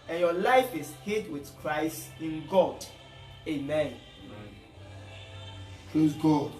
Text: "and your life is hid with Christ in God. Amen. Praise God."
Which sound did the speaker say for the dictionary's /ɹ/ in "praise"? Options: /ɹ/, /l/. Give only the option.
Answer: /l/